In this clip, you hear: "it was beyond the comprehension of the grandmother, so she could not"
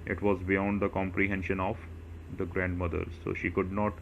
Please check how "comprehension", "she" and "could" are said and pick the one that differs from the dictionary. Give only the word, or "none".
none